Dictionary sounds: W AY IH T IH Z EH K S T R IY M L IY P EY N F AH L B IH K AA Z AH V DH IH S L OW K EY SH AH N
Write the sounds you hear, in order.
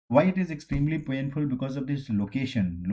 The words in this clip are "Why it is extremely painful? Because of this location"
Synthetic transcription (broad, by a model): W AY IH T IH Z EH K S T R IY M L IY P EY N F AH L B IH K AA Z AH V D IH S L OW K EY SH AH N